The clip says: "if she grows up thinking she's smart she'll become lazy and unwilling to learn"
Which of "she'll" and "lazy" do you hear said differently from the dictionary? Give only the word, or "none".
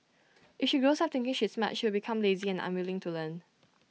she'll